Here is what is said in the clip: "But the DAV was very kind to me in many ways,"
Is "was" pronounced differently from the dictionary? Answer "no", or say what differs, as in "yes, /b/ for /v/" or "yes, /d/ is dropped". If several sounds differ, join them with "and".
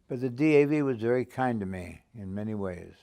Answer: no